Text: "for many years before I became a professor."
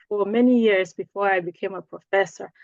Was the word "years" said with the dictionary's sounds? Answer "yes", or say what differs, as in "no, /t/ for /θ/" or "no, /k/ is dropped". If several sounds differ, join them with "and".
yes